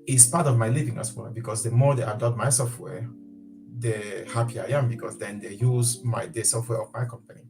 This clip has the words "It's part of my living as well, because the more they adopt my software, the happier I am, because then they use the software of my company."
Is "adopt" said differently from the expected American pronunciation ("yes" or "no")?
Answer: yes